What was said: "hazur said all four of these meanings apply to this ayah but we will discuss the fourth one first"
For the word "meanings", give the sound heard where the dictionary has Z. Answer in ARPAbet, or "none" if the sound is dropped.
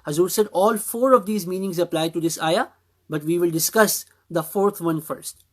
Z